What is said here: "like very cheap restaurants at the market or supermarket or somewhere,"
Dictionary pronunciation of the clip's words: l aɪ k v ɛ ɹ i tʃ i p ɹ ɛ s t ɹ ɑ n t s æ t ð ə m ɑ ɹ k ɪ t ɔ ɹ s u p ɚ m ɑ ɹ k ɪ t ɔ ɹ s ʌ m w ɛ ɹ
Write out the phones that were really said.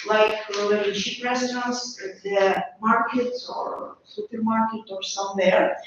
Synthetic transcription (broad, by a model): l aɪ k w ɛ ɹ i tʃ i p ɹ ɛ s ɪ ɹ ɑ n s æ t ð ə m ɑ ɹ k ɪ t ɔ ɹ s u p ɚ m ɑ ɹ k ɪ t ɔ ɹ s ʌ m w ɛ ɹ